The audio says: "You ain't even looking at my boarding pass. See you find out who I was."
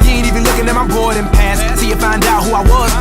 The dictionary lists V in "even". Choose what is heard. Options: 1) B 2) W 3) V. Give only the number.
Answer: 1